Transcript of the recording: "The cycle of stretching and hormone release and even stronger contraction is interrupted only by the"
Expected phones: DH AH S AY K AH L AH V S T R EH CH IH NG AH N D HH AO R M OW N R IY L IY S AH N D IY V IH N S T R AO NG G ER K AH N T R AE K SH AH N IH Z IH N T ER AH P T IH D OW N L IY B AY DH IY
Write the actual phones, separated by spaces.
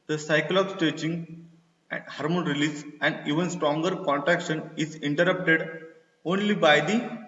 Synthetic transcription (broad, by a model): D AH S AY K AH L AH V S T EH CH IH NG AH N D HH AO R M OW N R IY L IY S AH N D IY V IH N S T R AO NG G ER K AH N T R AE K SH AH N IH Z IH N T ER AH P T IH D OW N L IY B AY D IY